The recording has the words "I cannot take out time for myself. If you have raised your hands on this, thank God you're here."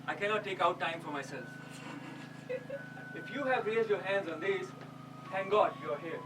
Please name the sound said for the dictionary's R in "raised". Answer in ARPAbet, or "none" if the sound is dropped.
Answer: L